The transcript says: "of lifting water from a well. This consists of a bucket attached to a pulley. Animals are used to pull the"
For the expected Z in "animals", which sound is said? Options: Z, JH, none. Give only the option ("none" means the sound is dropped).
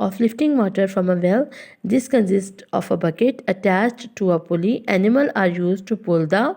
none